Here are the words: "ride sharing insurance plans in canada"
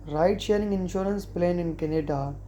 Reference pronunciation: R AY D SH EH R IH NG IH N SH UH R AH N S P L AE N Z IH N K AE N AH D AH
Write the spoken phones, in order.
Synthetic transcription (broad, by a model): R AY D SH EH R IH NG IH N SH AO R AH N S P L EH N IH N K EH N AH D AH